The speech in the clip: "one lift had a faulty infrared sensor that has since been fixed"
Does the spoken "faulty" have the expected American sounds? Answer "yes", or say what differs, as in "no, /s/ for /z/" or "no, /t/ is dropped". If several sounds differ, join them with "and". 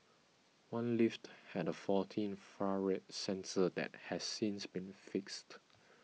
no, /l/ is dropped